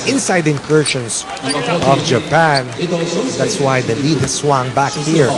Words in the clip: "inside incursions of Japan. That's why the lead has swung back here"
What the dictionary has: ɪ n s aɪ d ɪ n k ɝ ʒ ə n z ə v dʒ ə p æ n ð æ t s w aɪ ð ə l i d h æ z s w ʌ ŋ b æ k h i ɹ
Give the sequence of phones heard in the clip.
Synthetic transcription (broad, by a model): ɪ n s aɪ d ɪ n k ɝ ʃ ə n s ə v dʒ ə p æ n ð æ t s w aɪ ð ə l i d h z s w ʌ ŋ b æ k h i ɹ